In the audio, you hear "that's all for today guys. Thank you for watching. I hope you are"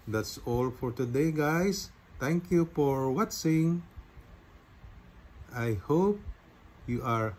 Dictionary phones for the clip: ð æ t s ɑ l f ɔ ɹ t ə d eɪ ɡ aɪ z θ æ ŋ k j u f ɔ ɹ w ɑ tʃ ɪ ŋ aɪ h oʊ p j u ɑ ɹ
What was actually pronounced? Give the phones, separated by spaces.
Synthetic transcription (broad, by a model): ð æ t s ɑ l f ɔ ɹ t ə d eɪ ɡ aɪ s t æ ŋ k j u f ɔ ɹ w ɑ s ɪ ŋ aɪ h oʊ p j u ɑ ɹ